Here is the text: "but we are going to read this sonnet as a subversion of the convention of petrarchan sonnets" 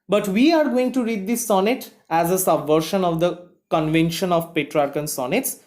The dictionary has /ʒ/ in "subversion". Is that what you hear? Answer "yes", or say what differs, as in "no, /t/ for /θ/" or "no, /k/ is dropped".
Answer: no, /ʃ/ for /ʒ/